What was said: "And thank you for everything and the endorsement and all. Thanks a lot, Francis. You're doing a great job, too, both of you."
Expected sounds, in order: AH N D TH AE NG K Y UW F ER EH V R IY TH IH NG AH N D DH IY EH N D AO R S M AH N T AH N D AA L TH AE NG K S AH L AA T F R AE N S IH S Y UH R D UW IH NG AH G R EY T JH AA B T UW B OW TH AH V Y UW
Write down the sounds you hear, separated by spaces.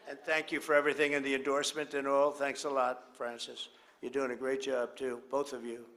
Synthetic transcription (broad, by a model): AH N TH AE NG K Y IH F ER EH V R IY TH IH NG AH N DH IY EH N D AO R S M AH N T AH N AA L TH AE NG K S AH L AA T F R AE N S IH S Y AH R D UW IH NG AH G R EY T JH AA B T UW B OW TH AH V Y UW